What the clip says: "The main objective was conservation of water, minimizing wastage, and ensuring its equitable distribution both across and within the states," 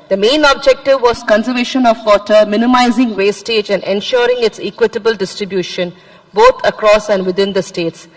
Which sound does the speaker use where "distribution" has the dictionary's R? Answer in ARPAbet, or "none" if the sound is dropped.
R